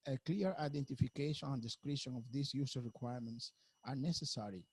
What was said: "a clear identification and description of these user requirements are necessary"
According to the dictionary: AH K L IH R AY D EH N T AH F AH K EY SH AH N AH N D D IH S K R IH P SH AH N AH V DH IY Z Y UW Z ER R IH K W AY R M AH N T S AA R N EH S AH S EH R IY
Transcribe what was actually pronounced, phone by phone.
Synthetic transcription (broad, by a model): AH K L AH R AY D EH N T AH F AH K EY SH AH N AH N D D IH S K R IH SH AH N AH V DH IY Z Y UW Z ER R IH K W AY R M AH N T S AA R N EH S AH S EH R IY